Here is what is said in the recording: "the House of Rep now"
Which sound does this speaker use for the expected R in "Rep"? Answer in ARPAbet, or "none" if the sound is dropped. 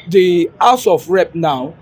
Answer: R